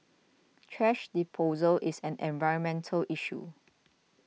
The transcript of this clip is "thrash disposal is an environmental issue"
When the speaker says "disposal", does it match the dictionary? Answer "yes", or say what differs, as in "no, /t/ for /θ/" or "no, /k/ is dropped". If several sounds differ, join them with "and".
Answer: no, /s/ is dropped